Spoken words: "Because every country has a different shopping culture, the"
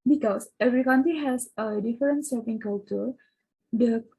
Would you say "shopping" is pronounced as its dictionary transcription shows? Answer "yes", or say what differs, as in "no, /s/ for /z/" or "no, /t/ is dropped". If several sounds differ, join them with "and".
no, /s/ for /ʃ/